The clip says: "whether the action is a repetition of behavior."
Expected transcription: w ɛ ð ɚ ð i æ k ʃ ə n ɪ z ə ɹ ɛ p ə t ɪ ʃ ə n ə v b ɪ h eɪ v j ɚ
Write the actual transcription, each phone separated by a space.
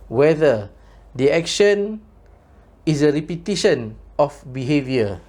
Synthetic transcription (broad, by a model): w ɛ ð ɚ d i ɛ k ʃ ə n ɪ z ə ɹ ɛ p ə t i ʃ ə n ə f b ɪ h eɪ v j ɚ